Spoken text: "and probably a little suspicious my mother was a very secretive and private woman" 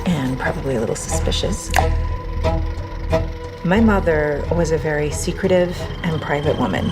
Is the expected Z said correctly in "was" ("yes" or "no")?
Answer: yes